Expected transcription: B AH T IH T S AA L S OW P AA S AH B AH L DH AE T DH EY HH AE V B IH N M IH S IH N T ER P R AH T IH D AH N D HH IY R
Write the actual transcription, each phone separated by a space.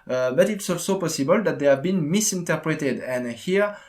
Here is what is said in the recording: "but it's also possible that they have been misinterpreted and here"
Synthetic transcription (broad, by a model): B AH T IH T S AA S OW P AA S AH B AH L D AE T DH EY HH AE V B IH N M IH S IH N T ER P R AH T IH D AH N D HH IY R